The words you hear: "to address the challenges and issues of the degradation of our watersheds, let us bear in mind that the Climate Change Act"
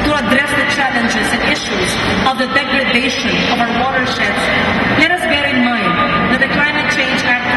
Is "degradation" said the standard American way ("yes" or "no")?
yes